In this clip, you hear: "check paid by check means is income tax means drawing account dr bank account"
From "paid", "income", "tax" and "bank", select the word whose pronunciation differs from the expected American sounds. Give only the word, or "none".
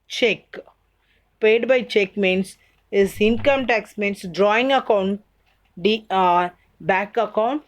bank